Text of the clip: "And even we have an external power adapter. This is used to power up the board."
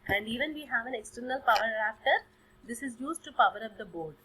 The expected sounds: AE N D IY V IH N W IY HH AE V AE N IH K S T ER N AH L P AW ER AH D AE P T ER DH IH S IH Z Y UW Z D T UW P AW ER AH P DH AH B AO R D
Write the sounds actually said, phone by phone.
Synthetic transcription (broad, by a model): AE N D IY V IH N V IY HH AE V AE N IH K S T ER N AH L P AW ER AH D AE F T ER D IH S IH Z Y UW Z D T UW P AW ER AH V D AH B AO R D